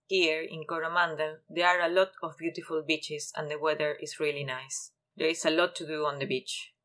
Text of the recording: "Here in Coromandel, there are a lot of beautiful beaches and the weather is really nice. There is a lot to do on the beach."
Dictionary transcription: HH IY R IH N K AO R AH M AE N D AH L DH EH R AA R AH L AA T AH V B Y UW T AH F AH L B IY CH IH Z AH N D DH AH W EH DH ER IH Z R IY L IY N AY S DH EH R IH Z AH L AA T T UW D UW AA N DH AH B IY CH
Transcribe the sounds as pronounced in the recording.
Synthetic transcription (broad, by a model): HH IY R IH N K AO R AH M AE N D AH L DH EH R AA R AH L AA T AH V B Y UW T AH F AH L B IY CH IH S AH N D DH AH W EH DH ER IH S R IY L IY N AY S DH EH R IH S AH L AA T T UW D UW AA N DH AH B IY CH